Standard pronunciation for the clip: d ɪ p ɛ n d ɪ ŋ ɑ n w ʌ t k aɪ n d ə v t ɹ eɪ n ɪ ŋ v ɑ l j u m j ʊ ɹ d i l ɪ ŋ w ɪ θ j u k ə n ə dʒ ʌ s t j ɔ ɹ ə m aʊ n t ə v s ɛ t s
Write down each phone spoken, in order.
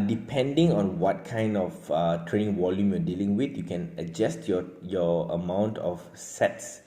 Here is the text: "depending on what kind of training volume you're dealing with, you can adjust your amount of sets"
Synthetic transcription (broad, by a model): d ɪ p ɛ n d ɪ ŋ ɑ n w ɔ t k aɪ n d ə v t ɹ eɪ n ɪ ŋ w ɑ l j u m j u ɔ d i l ɪ ŋ w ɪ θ j u k ə n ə dʒ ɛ s t j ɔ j ə m aʊ n t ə f s ɛ t s